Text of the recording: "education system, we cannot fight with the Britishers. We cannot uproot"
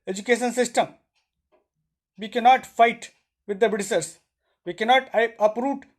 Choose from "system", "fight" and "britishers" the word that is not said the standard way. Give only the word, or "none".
britishers